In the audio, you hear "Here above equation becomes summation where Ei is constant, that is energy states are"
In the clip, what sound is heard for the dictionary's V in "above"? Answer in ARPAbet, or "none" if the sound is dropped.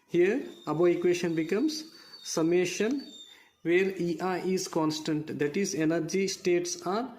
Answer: none